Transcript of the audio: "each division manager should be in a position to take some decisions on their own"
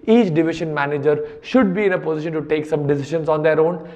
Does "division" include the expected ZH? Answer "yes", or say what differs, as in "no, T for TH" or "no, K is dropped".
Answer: no, SH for ZH